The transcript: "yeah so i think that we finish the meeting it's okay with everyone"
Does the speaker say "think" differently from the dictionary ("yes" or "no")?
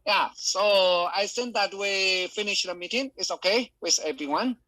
yes